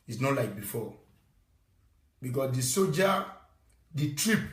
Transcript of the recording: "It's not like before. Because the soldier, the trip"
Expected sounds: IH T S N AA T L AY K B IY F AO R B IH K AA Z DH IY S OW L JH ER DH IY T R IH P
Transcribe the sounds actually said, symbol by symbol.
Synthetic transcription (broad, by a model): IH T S N AA T L AY K B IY F AO B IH K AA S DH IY S OW JH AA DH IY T R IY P